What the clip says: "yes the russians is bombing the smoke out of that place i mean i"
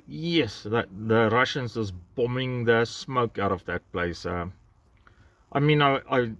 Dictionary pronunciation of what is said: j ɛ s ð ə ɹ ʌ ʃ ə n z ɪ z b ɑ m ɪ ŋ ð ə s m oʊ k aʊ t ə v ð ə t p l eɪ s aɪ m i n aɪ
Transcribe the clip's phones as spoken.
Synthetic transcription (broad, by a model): j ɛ s ð ə ɹ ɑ ʃ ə n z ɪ s b ɑ m ɪ ŋ ð ə s m oʊ k aʊ t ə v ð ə t p l eɪ s aɪ m i n aɪ